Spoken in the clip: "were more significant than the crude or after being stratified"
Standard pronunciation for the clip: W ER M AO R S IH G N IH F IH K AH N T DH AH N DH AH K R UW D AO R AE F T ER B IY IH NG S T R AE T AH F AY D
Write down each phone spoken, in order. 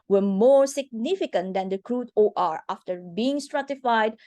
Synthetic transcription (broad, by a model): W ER M AO R S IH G N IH F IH K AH N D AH N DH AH K R UW D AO R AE F T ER B IY IH NG S T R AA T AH F AY D